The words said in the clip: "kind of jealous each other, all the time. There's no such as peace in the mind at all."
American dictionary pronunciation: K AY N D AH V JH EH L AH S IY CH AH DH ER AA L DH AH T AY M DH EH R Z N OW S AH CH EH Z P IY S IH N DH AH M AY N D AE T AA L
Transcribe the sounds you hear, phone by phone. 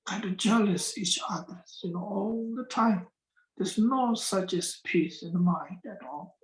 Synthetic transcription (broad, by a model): K AY N D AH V JH EH L AH S IY CH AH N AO AA L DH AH T AY M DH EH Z N OW S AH CH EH S P IY S IH N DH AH M AY N D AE T AA L